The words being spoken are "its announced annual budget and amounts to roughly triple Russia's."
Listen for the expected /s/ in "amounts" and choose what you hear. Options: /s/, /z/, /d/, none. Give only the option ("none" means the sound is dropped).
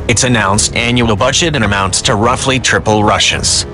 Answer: /s/